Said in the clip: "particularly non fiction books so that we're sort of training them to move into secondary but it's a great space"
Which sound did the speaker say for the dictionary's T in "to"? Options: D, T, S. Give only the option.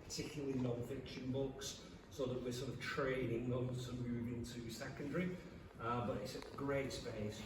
S